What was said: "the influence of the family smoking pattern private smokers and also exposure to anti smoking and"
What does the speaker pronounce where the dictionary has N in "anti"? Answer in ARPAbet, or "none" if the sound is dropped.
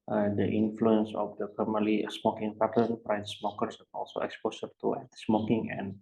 none